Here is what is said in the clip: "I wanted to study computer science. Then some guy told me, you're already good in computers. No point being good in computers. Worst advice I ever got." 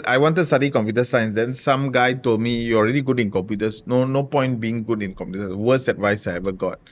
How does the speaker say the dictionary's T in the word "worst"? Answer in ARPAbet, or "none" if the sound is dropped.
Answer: none